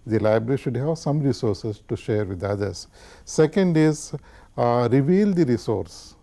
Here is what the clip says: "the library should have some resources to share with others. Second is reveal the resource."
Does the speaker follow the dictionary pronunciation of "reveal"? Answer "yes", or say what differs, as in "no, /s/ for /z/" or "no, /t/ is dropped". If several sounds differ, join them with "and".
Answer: yes